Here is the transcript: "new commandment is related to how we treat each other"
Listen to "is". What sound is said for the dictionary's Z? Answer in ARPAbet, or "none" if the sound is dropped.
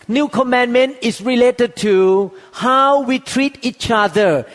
S